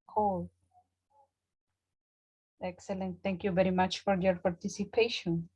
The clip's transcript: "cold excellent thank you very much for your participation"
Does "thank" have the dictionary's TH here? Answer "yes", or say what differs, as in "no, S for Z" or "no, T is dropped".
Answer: no, T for TH